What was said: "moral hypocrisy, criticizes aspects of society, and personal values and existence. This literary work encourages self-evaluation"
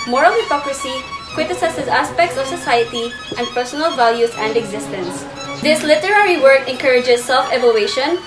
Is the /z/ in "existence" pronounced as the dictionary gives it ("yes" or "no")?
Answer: yes